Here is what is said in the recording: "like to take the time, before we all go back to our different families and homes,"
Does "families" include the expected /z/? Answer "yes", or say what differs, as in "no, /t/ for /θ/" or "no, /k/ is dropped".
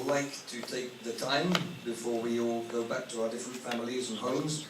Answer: yes